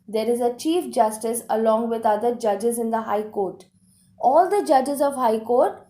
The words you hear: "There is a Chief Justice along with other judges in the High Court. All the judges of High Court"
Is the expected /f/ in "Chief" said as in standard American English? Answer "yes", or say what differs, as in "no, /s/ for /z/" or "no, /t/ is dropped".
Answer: yes